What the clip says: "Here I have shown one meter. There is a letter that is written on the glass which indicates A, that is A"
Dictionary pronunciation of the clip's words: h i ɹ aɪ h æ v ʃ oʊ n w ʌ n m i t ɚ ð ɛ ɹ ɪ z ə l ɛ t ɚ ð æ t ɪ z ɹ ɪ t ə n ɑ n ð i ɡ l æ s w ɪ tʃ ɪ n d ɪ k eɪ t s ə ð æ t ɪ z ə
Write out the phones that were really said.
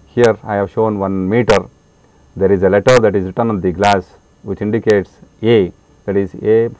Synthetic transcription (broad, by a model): h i ɹ aɪ h æ v ʃ oʊ n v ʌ n m i t ɚ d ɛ ɹ ɪ z ə l ɛ t ɚ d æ t ɪ z ɹ ɪ t ə n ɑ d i ɡ l æ s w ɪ tʃ ɪ n d ɪ k eɪ t s ə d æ t ɪ z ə